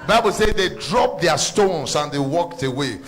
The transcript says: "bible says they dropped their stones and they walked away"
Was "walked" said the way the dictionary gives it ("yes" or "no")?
yes